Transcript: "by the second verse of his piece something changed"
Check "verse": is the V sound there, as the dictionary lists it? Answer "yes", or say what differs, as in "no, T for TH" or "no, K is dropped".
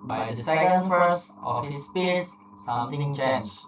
no, F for V